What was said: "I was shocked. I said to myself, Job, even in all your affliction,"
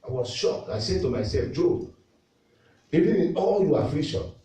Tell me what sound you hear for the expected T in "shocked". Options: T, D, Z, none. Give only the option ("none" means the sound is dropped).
none